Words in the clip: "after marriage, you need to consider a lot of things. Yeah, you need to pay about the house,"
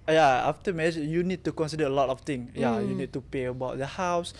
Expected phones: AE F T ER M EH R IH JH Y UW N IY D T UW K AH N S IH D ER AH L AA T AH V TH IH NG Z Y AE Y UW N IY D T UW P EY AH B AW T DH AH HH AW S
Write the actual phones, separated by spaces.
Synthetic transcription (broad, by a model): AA F T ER M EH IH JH Y UW N IY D T UW K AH N S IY D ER AH L AA T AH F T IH NG Y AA Y UW N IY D T UW P EY AH B AW T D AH HH AW S